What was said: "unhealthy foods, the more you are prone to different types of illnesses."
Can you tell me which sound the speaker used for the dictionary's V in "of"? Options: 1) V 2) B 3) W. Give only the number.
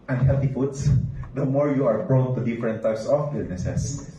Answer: 2